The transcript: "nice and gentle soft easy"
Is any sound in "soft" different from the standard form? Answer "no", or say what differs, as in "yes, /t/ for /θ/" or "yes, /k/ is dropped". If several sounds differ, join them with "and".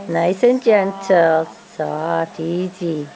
yes, /f/ is dropped